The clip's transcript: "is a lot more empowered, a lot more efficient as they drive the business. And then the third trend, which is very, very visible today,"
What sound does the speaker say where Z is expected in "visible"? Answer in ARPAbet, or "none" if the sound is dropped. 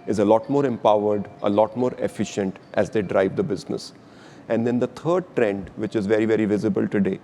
Z